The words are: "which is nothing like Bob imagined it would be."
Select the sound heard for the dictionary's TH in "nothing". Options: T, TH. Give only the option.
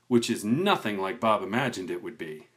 TH